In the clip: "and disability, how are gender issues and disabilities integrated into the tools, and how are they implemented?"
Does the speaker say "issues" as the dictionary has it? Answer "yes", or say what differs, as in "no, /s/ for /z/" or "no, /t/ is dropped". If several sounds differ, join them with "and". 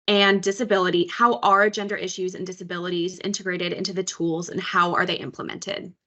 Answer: yes